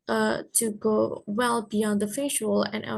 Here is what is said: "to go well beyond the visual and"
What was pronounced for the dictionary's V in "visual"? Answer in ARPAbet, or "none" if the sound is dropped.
F